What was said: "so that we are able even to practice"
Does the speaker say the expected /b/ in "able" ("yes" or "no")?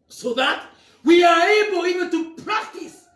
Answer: yes